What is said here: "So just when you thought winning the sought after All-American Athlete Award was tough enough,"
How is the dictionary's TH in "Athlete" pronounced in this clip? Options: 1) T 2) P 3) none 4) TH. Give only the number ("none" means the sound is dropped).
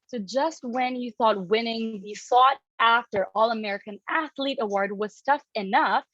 4